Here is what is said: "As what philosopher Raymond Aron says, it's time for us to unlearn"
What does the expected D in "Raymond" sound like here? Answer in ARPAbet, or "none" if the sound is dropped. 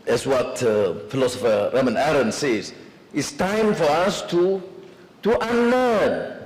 none